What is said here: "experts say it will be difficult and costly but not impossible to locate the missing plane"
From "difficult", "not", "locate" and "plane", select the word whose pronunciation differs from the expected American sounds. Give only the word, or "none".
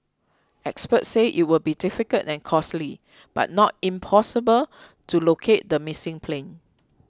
difficult